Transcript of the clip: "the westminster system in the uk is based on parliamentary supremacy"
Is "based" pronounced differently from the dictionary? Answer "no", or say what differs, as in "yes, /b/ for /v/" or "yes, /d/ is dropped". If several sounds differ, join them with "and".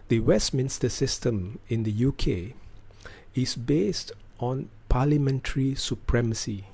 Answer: no